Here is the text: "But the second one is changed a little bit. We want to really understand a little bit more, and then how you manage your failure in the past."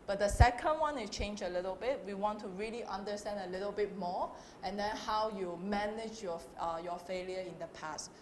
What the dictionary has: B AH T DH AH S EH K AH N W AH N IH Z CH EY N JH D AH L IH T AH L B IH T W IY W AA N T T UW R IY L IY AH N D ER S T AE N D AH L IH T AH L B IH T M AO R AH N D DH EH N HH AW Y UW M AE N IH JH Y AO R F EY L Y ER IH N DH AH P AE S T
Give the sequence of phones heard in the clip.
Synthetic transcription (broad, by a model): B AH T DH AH S EH K AH N W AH N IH CH EY N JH AH L IH T AH L B IH T W IY W AA N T T UW R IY L IY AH N D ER S T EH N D AH L IH T AH L B IH T M AO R AH N D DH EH N HH AW Y UW M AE N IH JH Y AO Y F EY L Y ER IH N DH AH P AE S T